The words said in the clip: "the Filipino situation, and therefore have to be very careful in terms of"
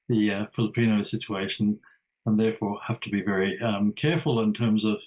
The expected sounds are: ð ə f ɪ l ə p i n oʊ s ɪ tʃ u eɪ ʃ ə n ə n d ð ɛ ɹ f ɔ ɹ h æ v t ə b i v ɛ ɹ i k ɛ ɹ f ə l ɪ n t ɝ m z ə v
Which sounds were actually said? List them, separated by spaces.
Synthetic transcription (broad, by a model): ð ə f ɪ l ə p i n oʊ s ɪ tʃ u eɪ ʃ ə n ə n ð ɛ ɹ f ɔ ɹ h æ f t ə b i v ɛ ɹ i k ɛ ɹ f ə l ɪ n t ɝ m z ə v